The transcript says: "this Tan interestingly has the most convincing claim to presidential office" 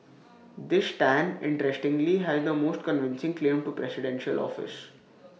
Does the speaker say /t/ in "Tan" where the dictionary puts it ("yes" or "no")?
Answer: yes